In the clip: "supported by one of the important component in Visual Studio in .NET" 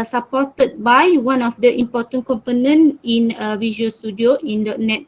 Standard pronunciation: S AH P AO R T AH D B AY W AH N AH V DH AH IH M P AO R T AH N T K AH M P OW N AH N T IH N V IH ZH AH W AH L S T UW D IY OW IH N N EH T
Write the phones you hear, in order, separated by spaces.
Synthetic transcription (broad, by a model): S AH P AO T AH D B AY W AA N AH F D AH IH M P AO T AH N K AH M P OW N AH N IH N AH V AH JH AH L S T UW D IY OW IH N N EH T